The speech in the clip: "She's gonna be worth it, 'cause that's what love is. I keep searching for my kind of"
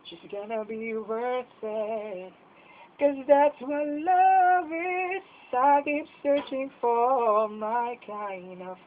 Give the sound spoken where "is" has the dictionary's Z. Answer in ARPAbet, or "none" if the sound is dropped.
S